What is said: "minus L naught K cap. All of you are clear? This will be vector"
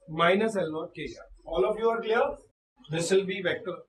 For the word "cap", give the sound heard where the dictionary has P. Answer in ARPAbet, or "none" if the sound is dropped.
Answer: none